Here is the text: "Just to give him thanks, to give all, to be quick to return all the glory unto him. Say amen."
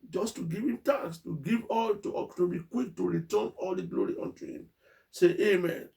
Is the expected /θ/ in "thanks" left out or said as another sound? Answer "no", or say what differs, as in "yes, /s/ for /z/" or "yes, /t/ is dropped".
yes, /t/ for /θ/